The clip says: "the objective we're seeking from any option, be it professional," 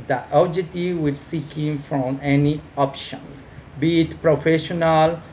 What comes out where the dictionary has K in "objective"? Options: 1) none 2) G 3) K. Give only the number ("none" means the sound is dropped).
1